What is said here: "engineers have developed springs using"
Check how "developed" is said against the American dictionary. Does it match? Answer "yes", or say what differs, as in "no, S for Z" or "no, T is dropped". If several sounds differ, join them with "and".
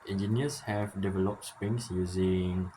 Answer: yes